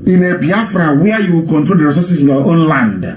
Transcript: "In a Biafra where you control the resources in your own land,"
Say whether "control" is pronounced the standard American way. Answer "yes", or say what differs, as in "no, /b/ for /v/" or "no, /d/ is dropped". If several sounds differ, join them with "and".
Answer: yes